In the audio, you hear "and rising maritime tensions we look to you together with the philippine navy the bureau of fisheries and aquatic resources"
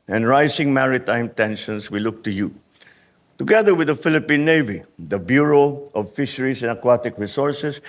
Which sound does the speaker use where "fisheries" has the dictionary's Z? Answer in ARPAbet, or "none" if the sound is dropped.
S